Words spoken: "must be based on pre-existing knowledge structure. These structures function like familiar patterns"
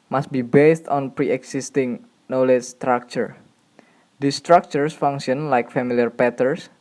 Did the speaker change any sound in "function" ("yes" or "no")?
yes